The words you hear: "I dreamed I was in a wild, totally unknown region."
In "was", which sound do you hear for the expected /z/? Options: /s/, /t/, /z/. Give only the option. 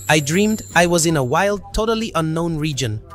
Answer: /z/